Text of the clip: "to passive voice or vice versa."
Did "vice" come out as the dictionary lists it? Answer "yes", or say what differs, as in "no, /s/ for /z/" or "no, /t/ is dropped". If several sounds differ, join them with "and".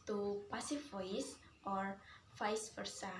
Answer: no, /f/ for /v/